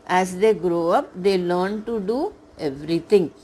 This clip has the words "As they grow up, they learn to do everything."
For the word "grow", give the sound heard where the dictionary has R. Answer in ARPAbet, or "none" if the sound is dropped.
R